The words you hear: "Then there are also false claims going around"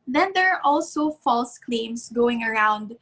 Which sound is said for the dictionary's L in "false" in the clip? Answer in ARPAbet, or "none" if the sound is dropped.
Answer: L